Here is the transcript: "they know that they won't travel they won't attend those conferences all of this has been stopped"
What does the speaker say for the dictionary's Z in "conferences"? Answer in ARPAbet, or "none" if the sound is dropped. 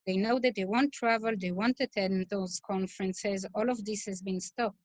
Z